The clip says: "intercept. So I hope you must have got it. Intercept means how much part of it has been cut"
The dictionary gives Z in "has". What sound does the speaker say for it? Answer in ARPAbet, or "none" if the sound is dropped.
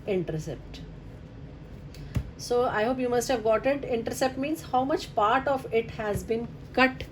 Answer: Z